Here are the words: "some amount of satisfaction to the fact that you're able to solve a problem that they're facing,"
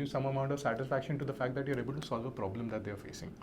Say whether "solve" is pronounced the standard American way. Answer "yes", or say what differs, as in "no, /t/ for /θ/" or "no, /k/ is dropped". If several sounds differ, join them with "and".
yes